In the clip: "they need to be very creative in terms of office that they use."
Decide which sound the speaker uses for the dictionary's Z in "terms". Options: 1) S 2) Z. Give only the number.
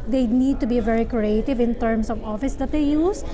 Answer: 1